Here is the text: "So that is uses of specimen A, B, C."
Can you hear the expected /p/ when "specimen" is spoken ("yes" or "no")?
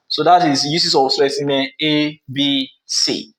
no